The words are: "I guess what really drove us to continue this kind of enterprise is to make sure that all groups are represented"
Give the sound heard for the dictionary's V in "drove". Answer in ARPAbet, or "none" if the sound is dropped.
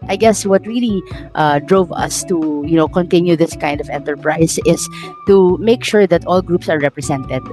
V